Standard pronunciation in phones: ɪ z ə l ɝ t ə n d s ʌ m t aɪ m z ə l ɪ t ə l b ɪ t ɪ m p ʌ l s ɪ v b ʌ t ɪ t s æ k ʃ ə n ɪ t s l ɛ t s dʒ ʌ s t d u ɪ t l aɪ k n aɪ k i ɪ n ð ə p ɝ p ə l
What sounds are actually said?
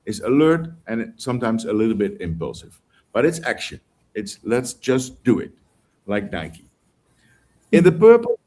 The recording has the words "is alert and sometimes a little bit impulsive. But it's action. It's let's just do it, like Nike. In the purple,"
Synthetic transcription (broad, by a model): ɪ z ə l ɝ t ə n s ʌ m t aɪ m z ə l ɪ t l b ɪ t ɪ m p ʌ l s ɪ v b ʌ t ɪ t s æ k ʃ ə n ɪ t s l ɛ t s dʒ ʌ s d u ɪ t l aɪ k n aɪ k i ɪ n ð ə p ɝ p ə